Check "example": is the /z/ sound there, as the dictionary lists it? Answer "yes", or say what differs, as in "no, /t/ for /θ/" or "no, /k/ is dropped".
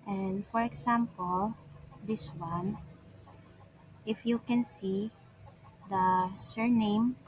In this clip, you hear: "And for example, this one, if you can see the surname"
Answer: no, /s/ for /z/